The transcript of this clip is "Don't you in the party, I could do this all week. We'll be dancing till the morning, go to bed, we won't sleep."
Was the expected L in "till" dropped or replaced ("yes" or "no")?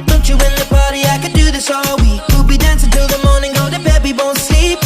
no